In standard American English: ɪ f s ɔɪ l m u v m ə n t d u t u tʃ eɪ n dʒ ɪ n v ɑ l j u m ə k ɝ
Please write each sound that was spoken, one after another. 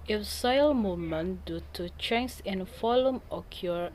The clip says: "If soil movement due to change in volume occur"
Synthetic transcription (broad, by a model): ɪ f s ɔɪ l m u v m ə n d u t u tʃ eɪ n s ɪ n f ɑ l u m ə k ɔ